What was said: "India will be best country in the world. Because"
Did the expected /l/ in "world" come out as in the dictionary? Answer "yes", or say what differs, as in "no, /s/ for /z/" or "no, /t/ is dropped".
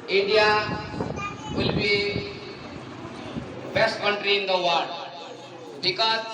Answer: no, /l/ is dropped